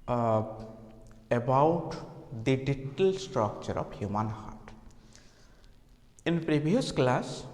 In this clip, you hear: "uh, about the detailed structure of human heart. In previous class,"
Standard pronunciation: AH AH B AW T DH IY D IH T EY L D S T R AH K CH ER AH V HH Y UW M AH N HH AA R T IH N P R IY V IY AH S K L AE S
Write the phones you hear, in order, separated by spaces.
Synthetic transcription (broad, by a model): AH B AW T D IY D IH T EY L S T R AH K CH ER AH B HH Y UW M AH N HH AA R T IH N P R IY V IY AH S K L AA S